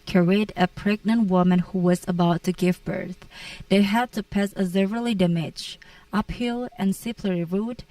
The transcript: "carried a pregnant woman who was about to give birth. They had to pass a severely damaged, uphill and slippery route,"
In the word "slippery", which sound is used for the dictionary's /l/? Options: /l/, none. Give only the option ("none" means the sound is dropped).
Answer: none